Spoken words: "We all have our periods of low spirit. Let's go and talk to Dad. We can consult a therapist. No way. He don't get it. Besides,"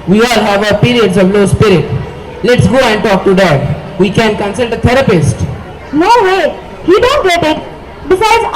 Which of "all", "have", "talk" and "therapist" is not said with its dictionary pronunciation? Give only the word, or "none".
therapist